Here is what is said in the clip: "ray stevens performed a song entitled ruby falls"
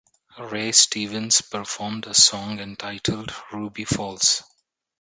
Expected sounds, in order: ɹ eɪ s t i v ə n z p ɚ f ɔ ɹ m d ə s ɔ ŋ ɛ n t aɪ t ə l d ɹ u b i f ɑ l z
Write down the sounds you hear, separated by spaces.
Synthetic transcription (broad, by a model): ɹ eɪ s t i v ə n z p ɚ f ɔ ɹ m d ə s ɔ ŋ ɛ n t aɪ t ə l d ɹ u b i f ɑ l s